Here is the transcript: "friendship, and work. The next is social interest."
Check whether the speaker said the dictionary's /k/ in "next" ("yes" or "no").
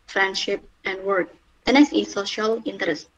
no